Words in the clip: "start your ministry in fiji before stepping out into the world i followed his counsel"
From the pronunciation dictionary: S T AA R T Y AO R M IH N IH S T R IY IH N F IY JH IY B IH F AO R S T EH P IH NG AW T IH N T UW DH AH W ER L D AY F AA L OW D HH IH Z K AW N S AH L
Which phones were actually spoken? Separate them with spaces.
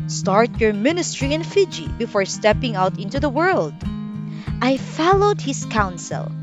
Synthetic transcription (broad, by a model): S T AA R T Y AO R M IH N IH S T R IY IH N F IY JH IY B IH F AO R S T EH P IH NG AW T IH N T UW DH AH W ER L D AY F AA L OW D HH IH S K AW N S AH L